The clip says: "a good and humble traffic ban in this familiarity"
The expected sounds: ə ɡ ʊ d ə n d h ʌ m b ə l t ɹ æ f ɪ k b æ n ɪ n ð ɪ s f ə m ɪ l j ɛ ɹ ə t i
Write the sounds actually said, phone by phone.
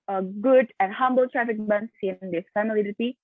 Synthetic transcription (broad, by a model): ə ɡ ʊ d ə n d h ʌ m b ə l t ɹ æ f ɪ k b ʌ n ɪ n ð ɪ f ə m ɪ l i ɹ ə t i